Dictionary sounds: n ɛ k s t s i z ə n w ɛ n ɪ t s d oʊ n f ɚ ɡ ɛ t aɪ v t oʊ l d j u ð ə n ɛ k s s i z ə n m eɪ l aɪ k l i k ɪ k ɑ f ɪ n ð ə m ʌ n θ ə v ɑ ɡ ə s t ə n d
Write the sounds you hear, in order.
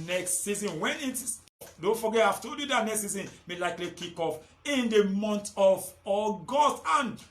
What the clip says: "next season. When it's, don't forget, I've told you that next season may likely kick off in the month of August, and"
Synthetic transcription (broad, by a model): n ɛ k s t s i z ə n w ɛ n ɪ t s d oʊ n f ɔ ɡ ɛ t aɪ f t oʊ d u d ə n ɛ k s s i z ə n m eɪ l aɪ k l i k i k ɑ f ɪ n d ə m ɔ n t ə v ɑ ɡ ə s t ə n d